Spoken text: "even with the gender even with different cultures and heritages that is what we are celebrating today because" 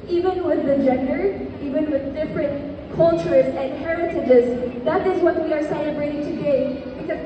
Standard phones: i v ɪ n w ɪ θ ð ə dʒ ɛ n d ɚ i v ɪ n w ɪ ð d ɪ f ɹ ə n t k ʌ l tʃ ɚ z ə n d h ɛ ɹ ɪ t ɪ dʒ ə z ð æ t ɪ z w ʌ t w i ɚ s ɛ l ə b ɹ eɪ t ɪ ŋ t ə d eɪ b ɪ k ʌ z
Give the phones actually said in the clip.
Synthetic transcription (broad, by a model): i v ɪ n w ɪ ð ə dʒ ɛ n d ɚ i v ɪ n w ɪ ð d ɪ f ɹ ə n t k ʌ l tʃ ɚ z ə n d h ɛ ɹ ɪ t ɪ dʒ ə z ð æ t ɪ z w ʌ t w i ɚ s ɛ l ə b ɹ eɪ t ɪ ŋ t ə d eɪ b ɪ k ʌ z